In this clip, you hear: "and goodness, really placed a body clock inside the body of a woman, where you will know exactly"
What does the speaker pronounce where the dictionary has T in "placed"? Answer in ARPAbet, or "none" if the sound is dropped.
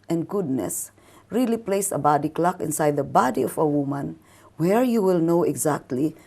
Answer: none